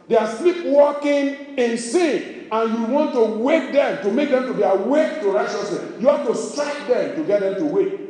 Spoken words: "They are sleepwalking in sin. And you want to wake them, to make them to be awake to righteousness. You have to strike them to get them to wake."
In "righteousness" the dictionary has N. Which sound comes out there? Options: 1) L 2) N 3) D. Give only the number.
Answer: 1